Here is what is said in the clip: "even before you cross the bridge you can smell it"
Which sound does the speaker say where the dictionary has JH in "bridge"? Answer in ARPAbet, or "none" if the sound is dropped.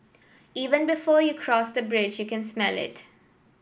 JH